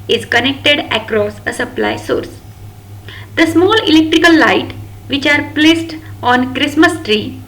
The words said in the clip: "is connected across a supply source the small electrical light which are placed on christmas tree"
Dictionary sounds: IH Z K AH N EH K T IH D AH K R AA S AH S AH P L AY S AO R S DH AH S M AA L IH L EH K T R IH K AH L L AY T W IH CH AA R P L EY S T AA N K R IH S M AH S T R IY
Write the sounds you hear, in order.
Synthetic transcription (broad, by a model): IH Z K AH N EH K T IH D AH K R AA S AH S AH P L AY S AO R S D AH S M AA L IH L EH K T R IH K AH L L AY T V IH CH AA R P L EY S T AA N K R IH S M AH S T R IY